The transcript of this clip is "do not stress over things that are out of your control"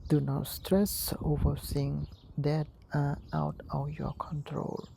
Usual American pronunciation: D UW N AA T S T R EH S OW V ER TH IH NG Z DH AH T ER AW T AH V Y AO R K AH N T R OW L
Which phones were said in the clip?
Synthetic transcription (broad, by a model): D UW N AA T S T R EH S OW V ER S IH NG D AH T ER AW T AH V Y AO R K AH N T R OW L